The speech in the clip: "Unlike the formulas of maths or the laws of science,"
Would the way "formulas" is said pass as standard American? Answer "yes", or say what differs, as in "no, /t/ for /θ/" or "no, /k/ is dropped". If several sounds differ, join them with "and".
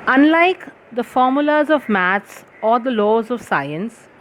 yes